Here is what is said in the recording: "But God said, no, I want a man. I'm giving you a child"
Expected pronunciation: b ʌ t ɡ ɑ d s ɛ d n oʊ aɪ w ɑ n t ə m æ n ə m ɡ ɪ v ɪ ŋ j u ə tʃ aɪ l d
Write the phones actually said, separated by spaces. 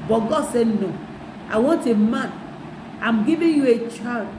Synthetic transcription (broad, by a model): b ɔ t ɡ ɑ d s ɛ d n oʊ aɪ w ɑ n t ə m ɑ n ə m ɡ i v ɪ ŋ j u ə tʃ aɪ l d